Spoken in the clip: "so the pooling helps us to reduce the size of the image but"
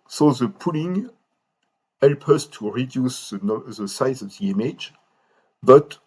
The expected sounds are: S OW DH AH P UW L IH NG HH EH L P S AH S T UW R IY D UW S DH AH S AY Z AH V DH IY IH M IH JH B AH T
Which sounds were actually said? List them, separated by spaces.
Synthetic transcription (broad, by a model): S OW DH AH P UW L IH NG HH EH L P AH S T UW R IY D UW S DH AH S AY Z AH V DH IY IH M IH JH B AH T